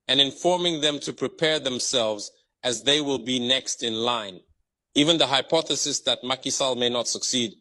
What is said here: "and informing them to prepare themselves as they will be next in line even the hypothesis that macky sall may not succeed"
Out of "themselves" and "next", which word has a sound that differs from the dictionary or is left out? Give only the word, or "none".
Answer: none